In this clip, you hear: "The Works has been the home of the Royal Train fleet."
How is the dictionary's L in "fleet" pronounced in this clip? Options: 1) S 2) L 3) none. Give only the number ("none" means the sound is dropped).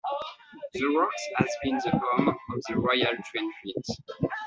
3